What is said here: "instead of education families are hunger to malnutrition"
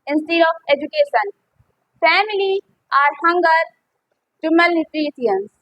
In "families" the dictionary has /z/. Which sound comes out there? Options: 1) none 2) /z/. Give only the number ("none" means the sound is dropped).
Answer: 1